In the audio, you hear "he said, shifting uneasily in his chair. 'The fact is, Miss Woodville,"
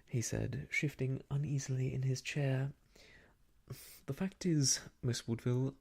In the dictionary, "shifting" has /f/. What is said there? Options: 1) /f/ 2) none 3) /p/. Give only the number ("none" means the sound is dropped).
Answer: 1